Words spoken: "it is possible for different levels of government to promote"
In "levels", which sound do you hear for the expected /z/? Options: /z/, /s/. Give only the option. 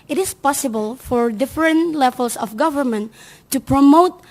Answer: /s/